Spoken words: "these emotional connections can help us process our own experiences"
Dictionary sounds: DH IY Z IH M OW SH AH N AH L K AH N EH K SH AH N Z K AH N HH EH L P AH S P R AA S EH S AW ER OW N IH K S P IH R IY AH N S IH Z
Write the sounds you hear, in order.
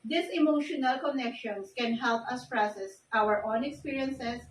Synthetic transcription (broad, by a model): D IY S IH M OW SH AH N AH L K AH N EH K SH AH N S K AH N HH EH L P AH S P R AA S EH S AW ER OW N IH K S P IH R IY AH N S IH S